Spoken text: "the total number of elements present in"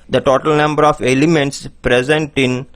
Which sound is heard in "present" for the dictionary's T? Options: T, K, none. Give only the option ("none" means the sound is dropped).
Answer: T